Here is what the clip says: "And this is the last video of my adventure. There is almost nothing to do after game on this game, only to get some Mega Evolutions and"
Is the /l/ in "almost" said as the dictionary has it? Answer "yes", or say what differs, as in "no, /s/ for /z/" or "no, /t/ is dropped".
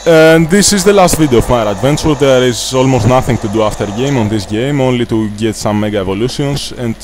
yes